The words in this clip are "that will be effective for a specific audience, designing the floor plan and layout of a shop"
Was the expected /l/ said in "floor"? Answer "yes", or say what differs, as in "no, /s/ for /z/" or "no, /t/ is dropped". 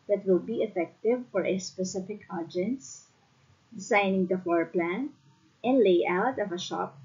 no, /l/ is dropped